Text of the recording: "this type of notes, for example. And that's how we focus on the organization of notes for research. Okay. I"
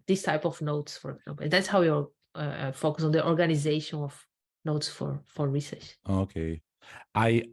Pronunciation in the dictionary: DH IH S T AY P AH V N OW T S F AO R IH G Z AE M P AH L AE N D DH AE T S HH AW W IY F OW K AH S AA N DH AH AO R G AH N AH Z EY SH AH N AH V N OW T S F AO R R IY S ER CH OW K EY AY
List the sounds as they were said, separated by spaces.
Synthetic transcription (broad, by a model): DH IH S T AY P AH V N OW T S F AO R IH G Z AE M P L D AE T S HH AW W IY F OW K AH S AA N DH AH AO R G AH N AH Z EY SH AH N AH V N OW T S F AO R R IY S ER CH OW K EY AY